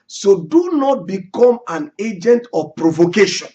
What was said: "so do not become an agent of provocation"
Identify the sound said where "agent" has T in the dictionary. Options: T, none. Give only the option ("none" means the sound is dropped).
T